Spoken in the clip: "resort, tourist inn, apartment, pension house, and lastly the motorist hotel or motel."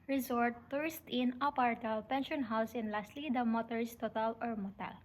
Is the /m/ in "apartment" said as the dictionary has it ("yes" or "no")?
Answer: no